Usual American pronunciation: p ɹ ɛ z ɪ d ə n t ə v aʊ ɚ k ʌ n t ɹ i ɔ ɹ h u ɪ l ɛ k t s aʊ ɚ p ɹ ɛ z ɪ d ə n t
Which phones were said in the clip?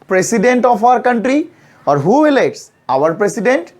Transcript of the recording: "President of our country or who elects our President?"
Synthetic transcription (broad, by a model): p ɹ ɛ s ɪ d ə n t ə f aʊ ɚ k ʌ n t ɹ i ɔ ɹ h u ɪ l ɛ t s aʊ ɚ p ɹ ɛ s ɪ d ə n t